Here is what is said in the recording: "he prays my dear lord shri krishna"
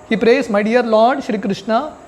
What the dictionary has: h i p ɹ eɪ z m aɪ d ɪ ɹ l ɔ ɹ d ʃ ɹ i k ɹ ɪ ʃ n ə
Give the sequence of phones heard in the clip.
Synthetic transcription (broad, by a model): h i p ɹ eɪ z m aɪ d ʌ ɹ l ɔ ɹ d ʃ ɹ i k ɹ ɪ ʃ n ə